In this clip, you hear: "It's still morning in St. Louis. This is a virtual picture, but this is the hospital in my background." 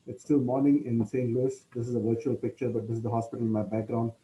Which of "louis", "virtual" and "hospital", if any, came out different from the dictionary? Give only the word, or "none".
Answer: none